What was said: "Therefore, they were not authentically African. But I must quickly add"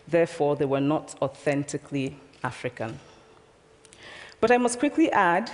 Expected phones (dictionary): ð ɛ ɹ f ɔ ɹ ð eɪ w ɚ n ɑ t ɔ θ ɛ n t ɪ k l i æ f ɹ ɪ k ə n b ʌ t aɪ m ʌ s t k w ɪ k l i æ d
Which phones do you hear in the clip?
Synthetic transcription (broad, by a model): ð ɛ ɹ f ɔ ɹ ð eɪ w ɚ n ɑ t ɔ θ ɛ n t ɪ k l i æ f ɹ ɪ k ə n b ʌ t aɪ m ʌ s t k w ɪ k l i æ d